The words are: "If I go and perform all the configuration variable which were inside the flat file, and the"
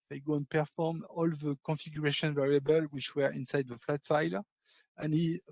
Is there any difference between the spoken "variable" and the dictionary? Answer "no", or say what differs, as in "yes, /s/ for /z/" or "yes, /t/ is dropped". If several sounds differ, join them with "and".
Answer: no